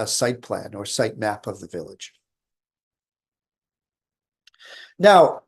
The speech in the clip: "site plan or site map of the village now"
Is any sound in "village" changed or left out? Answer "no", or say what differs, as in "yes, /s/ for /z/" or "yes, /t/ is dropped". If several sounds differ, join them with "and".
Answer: no